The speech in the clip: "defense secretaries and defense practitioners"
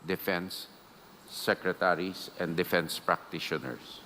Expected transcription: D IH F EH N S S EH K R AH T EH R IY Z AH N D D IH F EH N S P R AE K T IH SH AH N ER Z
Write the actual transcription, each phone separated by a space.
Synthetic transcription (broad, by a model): D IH F EH N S S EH K R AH T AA R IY S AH N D D IH F EH N S P R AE K T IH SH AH N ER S